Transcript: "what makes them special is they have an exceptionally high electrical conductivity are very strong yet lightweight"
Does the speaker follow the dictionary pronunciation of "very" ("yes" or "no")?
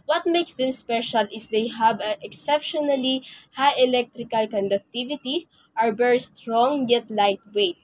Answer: no